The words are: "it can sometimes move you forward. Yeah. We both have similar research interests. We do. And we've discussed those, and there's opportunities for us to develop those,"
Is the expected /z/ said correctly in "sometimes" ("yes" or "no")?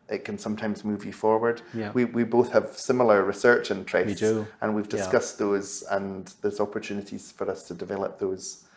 yes